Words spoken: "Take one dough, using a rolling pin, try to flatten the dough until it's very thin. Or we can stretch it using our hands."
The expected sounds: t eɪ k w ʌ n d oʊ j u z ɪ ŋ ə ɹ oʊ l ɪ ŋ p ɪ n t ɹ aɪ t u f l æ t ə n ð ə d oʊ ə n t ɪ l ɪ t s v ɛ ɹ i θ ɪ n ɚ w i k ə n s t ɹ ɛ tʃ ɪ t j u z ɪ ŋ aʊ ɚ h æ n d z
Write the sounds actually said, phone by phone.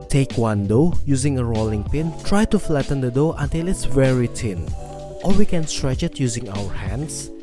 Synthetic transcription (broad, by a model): t eɪ k w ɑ n d oʊ j u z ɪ ŋ ə ɹ oʊ l ɪ ŋ p ɪ n t ɹ aɪ t u f l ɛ t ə n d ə d oʊ ə n t ɪ l ɪ t s v ɛ ɹ i t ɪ n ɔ w i k ə n s t ɹ ɛ tʃ ɪ t j u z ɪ ŋ aʊ ɚ h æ n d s